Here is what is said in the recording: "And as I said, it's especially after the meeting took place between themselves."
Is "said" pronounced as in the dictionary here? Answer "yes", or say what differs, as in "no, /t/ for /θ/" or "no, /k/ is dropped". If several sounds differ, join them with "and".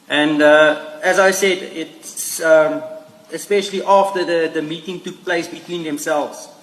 yes